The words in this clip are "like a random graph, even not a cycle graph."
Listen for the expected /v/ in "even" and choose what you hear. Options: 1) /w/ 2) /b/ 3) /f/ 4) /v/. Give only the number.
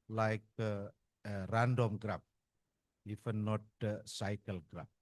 3